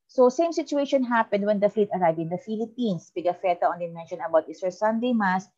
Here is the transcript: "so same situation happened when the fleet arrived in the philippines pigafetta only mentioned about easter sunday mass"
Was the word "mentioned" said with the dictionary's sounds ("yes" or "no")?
no